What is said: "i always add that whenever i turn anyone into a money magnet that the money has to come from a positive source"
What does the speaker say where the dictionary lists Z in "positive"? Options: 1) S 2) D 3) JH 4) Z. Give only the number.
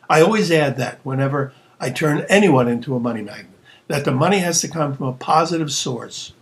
4